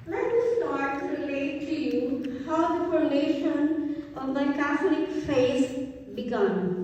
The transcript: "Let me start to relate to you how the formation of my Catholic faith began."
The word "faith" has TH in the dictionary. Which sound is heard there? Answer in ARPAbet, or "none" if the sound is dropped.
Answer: S